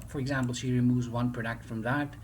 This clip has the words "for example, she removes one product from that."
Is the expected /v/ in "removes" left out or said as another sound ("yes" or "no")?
no